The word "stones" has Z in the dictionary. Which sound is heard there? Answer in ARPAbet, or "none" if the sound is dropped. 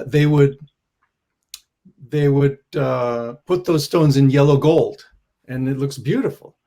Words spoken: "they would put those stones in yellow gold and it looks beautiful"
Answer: Z